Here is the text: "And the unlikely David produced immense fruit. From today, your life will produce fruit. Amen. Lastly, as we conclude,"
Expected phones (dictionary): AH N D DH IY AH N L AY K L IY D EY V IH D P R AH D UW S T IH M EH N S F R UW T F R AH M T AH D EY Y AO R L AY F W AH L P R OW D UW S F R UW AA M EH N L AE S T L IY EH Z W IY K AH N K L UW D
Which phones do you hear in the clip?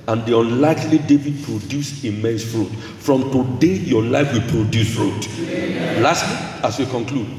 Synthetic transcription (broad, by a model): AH N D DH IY AH N L AY K L IY D EY V IH D P R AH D UW S IH M EH N S F R UW T F R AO M T AH D EY Y AO L AY F W AH L P R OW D UW S F R UW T L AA S T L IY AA S W IY K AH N K L UW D